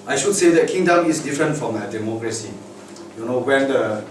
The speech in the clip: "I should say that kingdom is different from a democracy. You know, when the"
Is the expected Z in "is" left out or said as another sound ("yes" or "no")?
yes